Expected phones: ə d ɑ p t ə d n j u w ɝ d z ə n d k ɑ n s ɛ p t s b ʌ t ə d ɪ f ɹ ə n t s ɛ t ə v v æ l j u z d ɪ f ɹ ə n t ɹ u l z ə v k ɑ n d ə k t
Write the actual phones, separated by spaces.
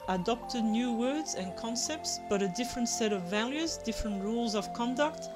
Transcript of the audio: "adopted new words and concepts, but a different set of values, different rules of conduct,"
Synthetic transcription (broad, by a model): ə d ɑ p t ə d n j u w ɝ d z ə n k ɑ n s ɛ p t s b ʌ t ə d ɪ f ɹ ə n t s ɛ t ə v v æ l j u z d ɪ f ɹ ə n t ɹ u l z ə v k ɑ n d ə k t